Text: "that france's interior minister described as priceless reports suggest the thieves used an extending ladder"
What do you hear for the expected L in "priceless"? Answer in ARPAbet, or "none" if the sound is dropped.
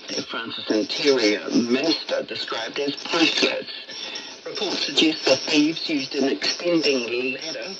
none